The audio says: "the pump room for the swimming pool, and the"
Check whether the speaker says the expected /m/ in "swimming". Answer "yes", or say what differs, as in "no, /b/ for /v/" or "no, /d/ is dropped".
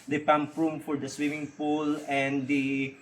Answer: yes